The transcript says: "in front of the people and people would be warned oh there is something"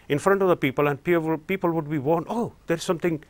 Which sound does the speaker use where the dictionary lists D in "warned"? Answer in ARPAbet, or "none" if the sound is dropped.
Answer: none